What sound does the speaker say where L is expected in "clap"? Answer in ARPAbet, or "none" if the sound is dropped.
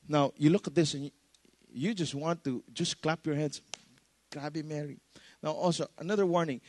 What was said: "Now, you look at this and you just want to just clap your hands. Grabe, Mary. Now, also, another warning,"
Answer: L